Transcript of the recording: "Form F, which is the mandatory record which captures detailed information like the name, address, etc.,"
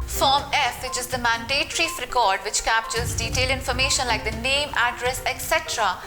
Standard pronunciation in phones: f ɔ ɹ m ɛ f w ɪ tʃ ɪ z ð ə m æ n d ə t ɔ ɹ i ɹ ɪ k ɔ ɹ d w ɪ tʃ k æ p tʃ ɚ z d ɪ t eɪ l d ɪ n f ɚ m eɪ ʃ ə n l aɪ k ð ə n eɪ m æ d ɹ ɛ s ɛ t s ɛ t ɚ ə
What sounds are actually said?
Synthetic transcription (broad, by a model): f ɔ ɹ m ɛ f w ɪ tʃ ɪ z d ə m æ n d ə t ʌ ɹ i ɹ ɪ k ɔ ɹ d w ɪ tʃ k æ p tʃ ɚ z d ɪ t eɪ l ɪ n f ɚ m eɪ ʃ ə n l aɪ k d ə n eɪ m æ d ɹ ɛ s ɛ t s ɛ t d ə